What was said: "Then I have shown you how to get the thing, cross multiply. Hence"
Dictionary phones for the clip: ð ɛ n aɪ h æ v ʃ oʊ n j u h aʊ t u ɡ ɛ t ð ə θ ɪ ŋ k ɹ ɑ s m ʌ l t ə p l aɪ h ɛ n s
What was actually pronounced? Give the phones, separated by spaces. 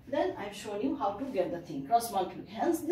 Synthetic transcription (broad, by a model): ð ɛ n aɪ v ʃ oʊ n j u h aʊ t u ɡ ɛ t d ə t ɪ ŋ k ɹ ɑ s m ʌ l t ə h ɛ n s